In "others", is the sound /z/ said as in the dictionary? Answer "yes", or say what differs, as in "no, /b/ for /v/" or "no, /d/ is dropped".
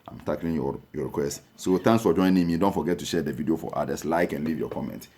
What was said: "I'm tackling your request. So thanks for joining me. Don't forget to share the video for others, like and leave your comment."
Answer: no, /s/ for /z/